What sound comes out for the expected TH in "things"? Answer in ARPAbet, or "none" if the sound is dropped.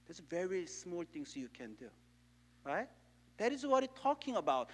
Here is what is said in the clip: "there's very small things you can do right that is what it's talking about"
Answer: T